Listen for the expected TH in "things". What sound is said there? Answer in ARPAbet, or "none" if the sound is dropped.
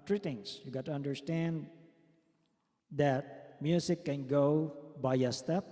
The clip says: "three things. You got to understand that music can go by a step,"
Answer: T